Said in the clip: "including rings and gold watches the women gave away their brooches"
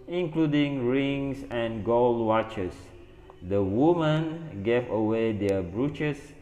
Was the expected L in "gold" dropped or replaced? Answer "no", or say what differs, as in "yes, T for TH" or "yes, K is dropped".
no